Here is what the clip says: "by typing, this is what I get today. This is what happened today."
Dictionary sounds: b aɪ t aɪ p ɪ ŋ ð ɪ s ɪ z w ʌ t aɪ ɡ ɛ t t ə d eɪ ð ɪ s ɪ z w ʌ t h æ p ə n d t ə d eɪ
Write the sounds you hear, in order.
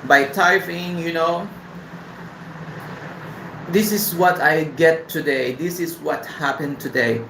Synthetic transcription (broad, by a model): b aɪ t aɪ f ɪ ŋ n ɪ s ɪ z w ʌ t aɪ ɡ ɛ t t ə d eɪ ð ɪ s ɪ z w ʌ t h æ p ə n t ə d eɪ